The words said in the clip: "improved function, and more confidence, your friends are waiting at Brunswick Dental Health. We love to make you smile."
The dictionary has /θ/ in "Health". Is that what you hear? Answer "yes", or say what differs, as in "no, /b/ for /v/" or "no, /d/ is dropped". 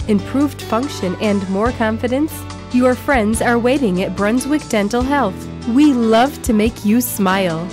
yes